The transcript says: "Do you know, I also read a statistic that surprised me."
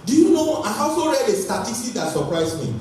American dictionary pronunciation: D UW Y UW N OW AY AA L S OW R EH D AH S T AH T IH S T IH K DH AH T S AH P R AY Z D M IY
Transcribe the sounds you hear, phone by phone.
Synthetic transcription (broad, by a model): D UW Y UW N OW AY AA S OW R EH D AH S T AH T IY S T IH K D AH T S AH P R AY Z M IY